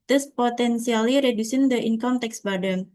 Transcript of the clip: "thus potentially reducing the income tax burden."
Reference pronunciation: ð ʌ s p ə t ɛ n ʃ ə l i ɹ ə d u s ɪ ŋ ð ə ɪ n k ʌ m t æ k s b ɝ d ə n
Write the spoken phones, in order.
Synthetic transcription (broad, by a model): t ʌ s p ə t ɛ n s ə l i ɹ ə d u s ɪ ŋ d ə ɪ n k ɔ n t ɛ k s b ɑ d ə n